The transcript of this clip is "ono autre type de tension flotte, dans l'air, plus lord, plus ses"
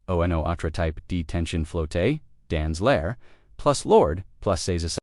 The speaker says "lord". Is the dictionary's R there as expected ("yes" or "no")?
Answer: yes